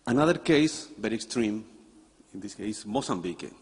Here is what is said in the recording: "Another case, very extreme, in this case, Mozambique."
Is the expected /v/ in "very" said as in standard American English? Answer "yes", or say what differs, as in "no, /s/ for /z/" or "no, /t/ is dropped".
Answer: no, /b/ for /v/